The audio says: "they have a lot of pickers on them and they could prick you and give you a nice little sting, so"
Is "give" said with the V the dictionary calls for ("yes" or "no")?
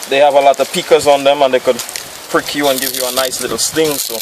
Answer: yes